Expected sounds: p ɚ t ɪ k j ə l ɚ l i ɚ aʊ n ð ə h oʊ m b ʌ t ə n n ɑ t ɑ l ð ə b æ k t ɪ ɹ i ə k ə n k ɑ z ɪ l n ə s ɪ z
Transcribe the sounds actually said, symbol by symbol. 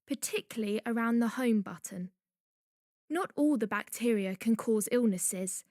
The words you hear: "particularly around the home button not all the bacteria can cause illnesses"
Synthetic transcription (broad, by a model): p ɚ t ɪ k j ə l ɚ l i ɚ aʊ n ð ə h oʊ m b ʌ t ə n n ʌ t ɑ l ð ə b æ k t ɪ ɹ i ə k ə n k ɑ z ɪ l n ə s ɪ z